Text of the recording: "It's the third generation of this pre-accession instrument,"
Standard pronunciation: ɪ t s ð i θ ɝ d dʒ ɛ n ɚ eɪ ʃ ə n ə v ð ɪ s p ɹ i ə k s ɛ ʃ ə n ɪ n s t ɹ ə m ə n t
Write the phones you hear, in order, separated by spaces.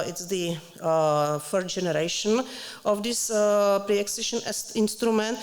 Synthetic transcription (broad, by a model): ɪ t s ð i f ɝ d dʒ ɛ n ɚ eɪ ʃ ə n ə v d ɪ s p ɹ i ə k s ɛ ʃ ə n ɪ n s t ɹ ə m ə n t